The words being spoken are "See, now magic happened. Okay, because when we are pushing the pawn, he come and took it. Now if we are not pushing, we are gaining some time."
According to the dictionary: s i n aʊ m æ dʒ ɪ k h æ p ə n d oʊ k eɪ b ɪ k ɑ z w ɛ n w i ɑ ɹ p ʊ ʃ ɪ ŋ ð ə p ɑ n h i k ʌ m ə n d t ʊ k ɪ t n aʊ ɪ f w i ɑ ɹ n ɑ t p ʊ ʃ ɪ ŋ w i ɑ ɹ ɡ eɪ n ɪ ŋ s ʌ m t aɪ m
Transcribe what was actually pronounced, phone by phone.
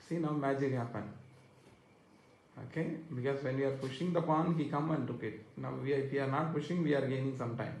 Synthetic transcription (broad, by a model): s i n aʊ m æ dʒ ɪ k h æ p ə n oʊ k eɪ b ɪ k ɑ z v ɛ n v i ɑ ɹ p ʊ ʃ ɪ ŋ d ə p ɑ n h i k ʌ m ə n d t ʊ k ɪ t n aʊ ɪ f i ɑ ɹ n ɑ t p ʊ ʃ ɪ ŋ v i ɑ ɹ ɡ eɪ n ɪ ŋ s ʌ m t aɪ m